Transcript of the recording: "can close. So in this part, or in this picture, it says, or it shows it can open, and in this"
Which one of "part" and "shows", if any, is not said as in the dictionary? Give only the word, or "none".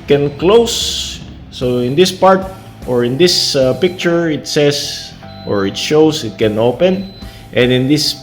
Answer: shows